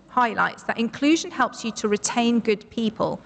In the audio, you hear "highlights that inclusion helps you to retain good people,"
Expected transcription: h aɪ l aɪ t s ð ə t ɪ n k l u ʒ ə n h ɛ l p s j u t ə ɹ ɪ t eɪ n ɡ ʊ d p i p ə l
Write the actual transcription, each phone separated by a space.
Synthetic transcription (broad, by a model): h aɪ l aɪ t s ð ə t ɪ n k l u ʒ ə n h ɛ l p s j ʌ t ə ɹ ɪ t eɪ n ɡ ʊ d p i p ə l